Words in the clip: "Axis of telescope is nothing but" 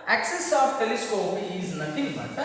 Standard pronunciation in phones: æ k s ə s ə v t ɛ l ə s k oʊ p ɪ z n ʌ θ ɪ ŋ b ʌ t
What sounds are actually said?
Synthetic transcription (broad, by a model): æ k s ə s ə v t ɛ l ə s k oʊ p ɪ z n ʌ t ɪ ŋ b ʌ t